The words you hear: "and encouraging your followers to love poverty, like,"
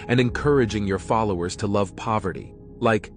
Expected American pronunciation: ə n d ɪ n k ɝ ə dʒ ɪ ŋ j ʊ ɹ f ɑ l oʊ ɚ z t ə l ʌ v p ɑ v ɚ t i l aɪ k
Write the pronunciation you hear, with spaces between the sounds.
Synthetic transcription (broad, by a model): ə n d ɪ n k ɝ ə dʒ ɪ ŋ j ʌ ɹ f ɑ l oʊ ɚ z t ə l ʌ v p ɑ v ɚ t i l aɪ k